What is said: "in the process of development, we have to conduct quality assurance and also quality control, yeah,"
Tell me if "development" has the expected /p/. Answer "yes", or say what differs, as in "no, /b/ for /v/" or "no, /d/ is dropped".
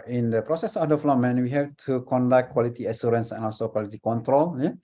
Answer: no, /p/ is dropped